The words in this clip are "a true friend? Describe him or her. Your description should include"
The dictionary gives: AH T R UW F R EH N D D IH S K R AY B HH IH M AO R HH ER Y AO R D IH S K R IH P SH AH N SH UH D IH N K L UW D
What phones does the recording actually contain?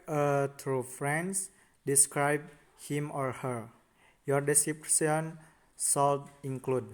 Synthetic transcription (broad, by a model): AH T R UW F R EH N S D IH S K R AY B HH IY M AO R HH ER Y AO R D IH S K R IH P S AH N S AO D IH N K L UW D